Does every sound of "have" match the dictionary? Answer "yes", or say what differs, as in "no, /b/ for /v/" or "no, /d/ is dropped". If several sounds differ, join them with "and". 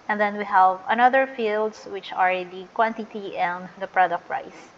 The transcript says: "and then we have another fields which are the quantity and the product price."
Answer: yes